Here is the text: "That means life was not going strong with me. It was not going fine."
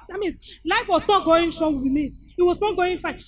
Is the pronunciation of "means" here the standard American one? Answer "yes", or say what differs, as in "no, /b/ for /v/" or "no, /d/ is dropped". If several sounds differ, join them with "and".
no, /s/ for /z/